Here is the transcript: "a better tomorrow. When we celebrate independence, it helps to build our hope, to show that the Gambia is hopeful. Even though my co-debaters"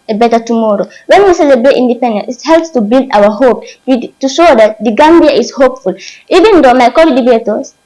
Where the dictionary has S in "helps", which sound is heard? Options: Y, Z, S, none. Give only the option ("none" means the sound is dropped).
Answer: S